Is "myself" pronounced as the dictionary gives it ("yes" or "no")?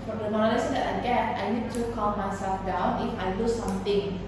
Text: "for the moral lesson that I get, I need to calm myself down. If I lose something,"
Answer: no